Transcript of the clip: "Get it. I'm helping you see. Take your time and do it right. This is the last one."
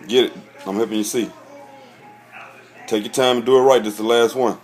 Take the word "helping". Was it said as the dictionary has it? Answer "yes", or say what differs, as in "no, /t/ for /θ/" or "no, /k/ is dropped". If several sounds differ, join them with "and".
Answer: no, /l/ is dropped